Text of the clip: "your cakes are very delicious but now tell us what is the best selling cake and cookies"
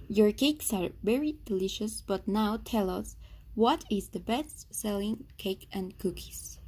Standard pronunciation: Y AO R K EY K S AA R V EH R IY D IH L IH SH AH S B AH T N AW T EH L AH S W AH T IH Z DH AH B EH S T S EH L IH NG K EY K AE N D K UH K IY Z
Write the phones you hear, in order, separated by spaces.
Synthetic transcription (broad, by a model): Y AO R K EY K S AA R V EH R IY D IH L IH SH AH S B AH T N AW T EH L AH S W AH T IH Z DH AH B EH S T S EH L IH NG K EY K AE N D K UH K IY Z